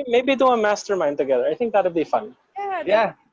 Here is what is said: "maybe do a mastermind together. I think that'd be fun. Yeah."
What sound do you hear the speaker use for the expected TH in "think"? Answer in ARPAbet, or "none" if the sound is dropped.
TH